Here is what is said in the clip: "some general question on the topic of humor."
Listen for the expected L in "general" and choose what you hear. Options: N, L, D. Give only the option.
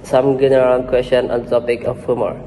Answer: N